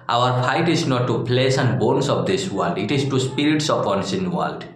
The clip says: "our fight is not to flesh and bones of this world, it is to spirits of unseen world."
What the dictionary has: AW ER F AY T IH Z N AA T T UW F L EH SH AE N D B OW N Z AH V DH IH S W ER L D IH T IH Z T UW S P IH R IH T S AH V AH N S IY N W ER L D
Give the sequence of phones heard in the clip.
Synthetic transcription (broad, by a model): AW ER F AY T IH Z N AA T T UW P L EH S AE N D B OW N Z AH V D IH S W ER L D IH T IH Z T UW S P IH R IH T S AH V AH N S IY N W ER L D